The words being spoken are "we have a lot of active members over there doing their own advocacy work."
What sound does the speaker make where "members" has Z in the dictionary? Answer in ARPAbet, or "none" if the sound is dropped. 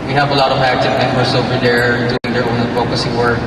S